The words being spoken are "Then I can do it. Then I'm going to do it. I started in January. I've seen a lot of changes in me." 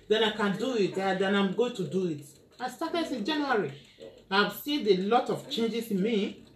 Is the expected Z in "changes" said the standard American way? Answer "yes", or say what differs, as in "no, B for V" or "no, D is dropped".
no, S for Z